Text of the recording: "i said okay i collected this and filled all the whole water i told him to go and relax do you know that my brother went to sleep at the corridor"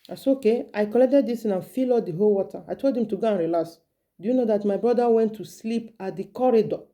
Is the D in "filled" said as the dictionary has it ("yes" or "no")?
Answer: no